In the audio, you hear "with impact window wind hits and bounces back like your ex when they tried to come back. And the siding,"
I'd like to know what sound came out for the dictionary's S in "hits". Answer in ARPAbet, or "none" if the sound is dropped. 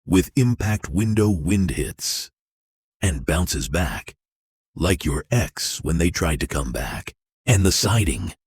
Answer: S